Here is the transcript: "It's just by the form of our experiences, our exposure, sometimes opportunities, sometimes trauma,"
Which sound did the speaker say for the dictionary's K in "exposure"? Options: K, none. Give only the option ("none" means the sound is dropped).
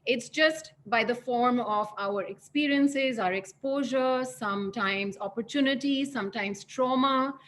K